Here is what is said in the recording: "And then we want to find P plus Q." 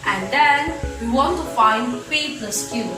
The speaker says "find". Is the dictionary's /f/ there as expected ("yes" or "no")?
yes